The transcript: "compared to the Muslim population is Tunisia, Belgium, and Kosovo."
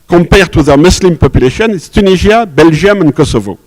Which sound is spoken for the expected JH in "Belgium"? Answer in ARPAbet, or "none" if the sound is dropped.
ZH